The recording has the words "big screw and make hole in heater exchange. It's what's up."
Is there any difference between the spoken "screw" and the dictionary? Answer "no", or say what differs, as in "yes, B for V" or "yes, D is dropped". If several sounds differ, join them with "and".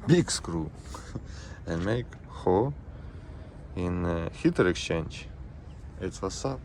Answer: no